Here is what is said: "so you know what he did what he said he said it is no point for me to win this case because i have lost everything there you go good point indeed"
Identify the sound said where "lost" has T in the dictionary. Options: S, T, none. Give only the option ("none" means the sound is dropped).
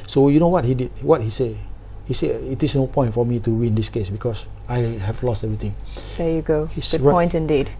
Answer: T